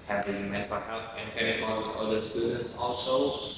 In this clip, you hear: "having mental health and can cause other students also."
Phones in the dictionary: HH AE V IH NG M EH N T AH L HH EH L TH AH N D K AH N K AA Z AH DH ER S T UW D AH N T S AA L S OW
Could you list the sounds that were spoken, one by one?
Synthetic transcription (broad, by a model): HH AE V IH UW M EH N S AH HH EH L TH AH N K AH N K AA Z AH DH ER S T UW D AH N T S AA L S OW